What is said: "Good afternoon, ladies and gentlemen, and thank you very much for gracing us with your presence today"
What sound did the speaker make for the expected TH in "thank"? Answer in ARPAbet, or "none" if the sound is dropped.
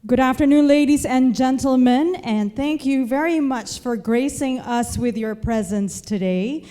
TH